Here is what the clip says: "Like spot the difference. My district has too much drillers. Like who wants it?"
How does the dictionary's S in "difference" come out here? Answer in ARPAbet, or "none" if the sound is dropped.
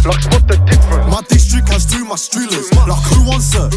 none